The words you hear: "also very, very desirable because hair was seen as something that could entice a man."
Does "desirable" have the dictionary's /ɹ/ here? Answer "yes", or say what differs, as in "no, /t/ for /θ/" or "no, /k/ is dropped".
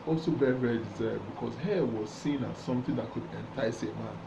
no, /ɹ/ is dropped